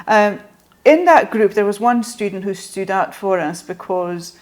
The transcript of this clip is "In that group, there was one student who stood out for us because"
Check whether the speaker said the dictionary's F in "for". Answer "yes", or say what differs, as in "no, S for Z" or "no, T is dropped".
yes